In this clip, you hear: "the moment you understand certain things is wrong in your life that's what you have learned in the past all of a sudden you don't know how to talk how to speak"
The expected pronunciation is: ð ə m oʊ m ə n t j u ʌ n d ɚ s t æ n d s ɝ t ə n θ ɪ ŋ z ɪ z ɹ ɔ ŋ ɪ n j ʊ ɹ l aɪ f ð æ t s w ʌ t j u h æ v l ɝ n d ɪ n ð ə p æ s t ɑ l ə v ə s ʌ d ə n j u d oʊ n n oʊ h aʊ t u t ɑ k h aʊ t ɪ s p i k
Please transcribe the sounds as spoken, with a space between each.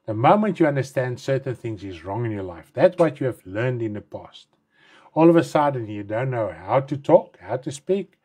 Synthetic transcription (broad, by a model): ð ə m oʊ m ə n t j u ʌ n d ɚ s t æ n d s ɝ t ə n θ ɪ ŋ z ɪ z ɹ ɔ ŋ ɪ n j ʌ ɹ l aɪ f ð æ t s w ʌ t j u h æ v l ɝ n d ɪ n ð ə p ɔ s t ɑ l ə v ə s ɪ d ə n j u d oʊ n n oʊ h aʊ t u t ɑ k h aʊ t ɪ s p i k